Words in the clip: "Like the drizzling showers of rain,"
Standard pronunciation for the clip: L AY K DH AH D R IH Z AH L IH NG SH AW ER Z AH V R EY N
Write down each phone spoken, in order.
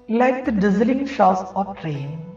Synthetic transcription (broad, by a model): L AY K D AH D IH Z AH L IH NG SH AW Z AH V R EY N